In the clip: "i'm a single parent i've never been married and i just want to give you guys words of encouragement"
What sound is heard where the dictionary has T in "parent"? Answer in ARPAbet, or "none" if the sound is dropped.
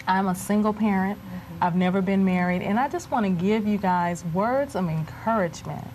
T